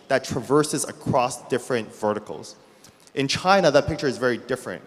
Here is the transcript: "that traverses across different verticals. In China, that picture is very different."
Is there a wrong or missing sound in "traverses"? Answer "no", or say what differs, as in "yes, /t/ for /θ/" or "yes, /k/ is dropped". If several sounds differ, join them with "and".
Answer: no